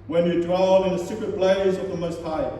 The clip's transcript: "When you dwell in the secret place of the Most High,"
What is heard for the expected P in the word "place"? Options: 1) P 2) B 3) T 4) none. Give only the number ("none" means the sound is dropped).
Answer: 2